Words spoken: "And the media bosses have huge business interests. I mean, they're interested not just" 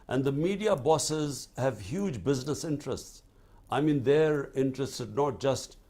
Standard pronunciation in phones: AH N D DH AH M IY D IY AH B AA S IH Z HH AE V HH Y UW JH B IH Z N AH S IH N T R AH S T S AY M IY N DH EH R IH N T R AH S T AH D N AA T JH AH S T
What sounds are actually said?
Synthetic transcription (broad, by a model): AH N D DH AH M IY D IY AH B AA S IH Z HH AE V HH Y UW JH B IH Z N AH S IH N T R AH S T S AY M IY N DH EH R IH N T R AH S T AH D N AA T JH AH S T